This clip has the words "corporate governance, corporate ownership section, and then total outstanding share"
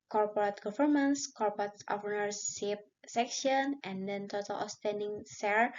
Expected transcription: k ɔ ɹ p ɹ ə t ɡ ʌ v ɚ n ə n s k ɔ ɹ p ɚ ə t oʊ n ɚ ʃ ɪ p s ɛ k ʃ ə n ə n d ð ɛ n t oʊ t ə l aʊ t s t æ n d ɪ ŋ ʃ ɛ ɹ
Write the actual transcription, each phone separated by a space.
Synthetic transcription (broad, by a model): k ɔ ɹ p ɹ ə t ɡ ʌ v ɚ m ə n s k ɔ ɹ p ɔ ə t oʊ n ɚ s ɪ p s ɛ k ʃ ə n ə n d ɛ n t oʊ t ə l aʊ s t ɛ n d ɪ ŋ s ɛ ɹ